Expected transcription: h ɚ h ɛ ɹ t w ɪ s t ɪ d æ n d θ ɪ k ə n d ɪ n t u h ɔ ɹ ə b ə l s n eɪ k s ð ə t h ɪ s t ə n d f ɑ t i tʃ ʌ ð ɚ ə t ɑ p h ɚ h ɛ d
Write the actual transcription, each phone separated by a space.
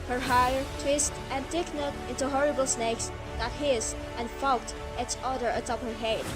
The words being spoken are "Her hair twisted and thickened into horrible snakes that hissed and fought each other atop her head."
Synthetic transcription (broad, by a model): h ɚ h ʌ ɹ t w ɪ s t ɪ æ n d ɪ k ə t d ɪ n t u h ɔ ɹ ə b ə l s n eɪ k s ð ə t h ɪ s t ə n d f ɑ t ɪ s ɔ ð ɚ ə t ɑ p h ɚ h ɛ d